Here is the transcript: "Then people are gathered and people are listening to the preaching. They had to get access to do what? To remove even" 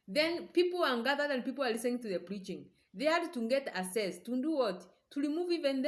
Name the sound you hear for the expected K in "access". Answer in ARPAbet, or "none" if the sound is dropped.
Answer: none